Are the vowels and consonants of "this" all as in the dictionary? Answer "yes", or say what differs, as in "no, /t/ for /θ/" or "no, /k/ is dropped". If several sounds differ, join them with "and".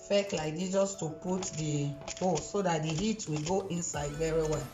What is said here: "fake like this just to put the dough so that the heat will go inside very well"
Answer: no, /s/ is dropped